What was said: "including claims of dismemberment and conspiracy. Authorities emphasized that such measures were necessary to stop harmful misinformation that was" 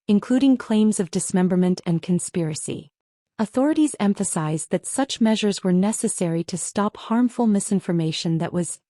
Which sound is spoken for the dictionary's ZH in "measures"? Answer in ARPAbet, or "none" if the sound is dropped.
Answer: ZH